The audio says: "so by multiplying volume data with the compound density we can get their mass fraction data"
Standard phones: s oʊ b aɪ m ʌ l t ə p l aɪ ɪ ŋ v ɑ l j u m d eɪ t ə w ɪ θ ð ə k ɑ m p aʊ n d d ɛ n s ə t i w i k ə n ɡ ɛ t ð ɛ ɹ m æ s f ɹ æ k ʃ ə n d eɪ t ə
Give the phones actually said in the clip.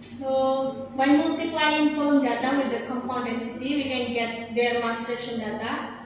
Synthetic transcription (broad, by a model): s oʊ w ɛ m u l t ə p l aɪ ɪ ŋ f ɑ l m d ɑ t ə w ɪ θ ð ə k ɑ m p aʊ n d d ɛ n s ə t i w i k ə n ɡ ɛ t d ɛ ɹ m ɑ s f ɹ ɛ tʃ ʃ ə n d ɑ t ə